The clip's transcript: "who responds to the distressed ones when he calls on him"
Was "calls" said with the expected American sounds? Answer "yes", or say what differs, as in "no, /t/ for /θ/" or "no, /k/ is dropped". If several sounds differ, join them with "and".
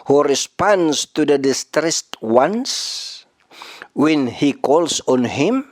no, /s/ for /z/